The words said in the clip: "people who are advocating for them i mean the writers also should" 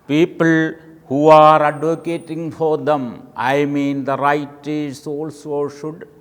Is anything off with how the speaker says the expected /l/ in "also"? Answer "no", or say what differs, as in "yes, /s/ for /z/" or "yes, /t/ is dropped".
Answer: no